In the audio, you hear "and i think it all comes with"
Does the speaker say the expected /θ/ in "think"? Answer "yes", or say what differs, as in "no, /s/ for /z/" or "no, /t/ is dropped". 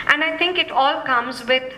no, /t/ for /θ/